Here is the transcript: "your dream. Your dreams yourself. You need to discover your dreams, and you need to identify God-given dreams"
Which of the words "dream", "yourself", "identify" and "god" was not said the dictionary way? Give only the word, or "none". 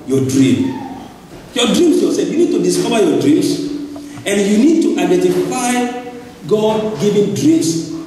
yourself